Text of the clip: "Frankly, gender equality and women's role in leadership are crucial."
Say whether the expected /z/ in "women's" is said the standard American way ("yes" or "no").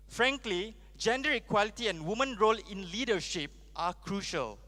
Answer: no